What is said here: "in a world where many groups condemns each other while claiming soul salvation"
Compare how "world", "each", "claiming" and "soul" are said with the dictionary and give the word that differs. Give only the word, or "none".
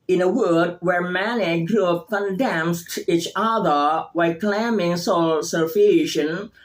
world